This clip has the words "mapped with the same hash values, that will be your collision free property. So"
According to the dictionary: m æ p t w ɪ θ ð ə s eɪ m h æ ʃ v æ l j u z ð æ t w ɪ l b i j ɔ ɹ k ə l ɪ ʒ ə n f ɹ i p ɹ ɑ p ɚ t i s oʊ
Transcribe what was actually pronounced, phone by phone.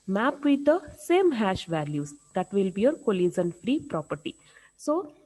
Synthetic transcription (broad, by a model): m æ p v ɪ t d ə s eɪ m h æ ʃ v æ l j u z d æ t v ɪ l b i j ɔ ɹ k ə l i z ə n f ɹ i p ɹ ɑ p ɚ t i s oʊ